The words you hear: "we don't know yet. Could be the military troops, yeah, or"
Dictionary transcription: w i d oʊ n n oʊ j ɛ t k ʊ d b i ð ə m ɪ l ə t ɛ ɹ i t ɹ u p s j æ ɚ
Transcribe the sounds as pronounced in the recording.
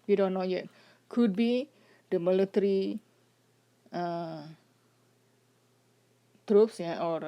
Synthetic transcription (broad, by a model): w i d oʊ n n oʊ j ɛ t k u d b i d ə m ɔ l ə t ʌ ɹ i t ɹ u p s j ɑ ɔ